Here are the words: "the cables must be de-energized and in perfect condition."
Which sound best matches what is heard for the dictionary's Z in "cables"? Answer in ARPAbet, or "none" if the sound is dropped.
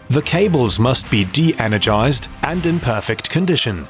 Z